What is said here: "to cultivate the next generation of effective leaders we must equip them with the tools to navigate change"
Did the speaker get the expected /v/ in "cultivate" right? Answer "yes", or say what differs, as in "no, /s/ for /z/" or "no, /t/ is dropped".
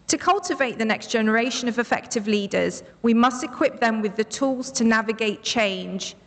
yes